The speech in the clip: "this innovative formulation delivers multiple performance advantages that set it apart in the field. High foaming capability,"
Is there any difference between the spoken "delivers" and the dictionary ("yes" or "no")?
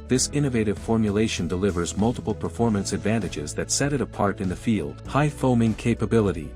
no